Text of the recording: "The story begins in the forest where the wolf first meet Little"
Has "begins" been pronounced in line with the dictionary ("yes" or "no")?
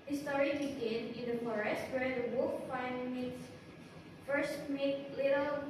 no